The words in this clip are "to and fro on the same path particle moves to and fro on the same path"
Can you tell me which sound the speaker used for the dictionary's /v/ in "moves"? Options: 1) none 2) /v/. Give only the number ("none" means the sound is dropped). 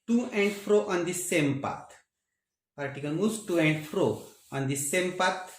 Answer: 1